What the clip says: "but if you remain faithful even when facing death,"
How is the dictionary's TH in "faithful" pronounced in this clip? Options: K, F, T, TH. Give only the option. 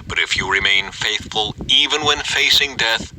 TH